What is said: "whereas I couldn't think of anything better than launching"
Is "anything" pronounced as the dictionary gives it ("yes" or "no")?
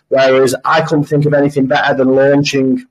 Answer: yes